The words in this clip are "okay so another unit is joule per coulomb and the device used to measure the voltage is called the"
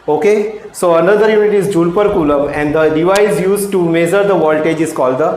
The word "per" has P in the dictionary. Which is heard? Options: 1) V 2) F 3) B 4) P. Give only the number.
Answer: 4